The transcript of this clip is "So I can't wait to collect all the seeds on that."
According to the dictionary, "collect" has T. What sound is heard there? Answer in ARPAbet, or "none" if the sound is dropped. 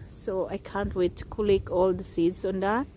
none